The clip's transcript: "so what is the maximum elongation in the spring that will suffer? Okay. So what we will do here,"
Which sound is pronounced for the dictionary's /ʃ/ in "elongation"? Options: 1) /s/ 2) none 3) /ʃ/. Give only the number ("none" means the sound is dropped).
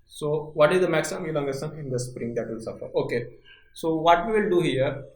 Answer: 1